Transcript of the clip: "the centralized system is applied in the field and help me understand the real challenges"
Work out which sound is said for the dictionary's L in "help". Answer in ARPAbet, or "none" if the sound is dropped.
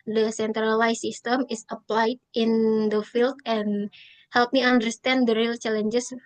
L